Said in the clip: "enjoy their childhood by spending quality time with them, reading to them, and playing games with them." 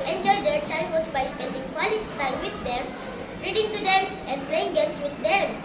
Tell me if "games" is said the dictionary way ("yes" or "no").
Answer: no